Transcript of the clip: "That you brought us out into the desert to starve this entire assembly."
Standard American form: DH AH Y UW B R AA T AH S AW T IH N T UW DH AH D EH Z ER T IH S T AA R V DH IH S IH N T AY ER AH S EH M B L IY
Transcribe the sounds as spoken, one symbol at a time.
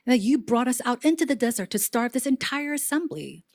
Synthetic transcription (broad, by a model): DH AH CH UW B R AA T AH S AW T IH N T UW DH AH D EH Z ER T IH S T AA R V DH IH S IH N T AY ER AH S EH M B L IY